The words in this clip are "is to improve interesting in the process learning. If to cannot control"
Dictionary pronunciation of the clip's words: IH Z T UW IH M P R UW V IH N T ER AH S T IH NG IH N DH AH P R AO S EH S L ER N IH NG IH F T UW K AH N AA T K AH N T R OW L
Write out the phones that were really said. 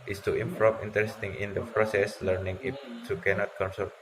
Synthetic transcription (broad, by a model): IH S T UW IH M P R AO P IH N T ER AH S T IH NG IH N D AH P R AO S EH S L ER N IH NG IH P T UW K AH N AA T K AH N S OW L